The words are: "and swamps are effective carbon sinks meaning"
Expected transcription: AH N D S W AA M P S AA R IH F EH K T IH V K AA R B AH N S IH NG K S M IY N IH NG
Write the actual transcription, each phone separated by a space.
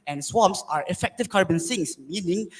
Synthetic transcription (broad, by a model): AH N S W AA M P S AA R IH F EH K T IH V K AA R B AH N S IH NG S M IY N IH NG